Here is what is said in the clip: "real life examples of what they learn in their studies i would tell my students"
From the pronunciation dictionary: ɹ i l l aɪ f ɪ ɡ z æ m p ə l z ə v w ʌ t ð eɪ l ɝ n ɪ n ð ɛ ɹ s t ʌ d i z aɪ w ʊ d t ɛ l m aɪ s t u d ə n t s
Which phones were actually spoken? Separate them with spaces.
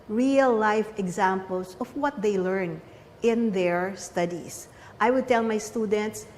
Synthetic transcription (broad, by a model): ɹ i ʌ l aɪ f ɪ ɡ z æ m p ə l s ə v w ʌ t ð eɪ l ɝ n ɪ n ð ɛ ɹ s t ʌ d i s aɪ w ʊ d t ɛ l m aɪ s t u d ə n t s